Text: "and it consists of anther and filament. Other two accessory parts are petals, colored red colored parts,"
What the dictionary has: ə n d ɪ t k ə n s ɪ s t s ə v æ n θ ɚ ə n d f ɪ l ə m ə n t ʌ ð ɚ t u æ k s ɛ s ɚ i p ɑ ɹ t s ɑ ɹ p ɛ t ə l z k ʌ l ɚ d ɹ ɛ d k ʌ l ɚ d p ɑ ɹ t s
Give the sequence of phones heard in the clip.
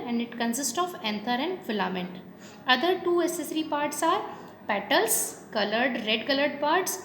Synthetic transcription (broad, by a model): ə n d ɪ t k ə n s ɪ s t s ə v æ n t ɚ ə n d f ɪ l ə m ə n t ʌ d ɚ t u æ s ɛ s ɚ i p ɑ ɹ t s ɑ ɹ p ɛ t ə l s k ʌ l ɚ d ɹ ɛ d k ʌ l ɚ d p ɑ ɹ t s